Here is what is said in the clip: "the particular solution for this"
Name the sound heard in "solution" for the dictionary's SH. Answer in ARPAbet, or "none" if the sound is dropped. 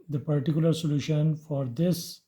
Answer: SH